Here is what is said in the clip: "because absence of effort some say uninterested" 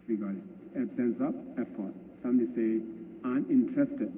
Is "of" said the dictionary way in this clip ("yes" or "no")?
no